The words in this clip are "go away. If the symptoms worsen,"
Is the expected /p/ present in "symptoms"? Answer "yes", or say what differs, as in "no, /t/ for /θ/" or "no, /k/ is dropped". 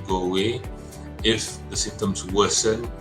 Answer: no, /p/ is dropped